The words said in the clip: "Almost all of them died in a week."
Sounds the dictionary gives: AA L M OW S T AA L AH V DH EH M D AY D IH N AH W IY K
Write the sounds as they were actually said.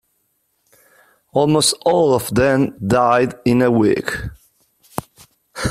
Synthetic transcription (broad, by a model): AA L M OW S T AA L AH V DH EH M D AY D IH N AH W IY K